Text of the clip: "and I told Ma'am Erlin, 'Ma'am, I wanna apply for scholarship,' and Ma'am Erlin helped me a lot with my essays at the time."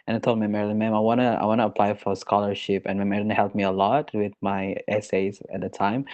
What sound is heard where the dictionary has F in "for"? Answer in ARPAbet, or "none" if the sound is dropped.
F